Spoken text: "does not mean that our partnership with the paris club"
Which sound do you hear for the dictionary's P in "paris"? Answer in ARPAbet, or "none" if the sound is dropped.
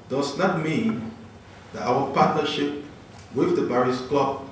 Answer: B